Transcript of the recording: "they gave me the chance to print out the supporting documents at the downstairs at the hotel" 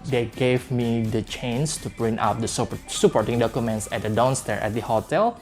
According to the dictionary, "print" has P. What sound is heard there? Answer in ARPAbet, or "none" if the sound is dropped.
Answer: B